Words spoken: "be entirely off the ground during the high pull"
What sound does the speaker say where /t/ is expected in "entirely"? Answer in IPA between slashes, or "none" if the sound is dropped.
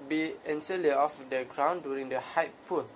/s/